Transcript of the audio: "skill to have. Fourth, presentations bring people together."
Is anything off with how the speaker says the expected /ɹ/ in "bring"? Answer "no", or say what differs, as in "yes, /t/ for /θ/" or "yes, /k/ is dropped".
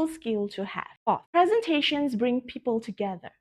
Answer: no